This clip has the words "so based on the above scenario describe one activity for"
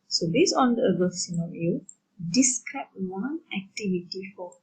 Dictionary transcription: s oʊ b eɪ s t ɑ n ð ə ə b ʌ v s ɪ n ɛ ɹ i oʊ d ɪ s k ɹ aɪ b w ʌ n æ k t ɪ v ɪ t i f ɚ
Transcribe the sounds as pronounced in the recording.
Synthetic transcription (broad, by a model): s oʊ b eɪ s ɑ n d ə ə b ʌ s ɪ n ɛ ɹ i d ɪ s k ɹ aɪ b w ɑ n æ k t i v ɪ t i f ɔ